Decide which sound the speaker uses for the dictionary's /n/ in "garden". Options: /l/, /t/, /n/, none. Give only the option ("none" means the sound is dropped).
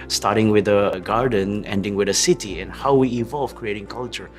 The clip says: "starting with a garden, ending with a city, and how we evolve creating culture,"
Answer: /n/